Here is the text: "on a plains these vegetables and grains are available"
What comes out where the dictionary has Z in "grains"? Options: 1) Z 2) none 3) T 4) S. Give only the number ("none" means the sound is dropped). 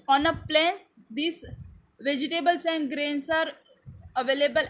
4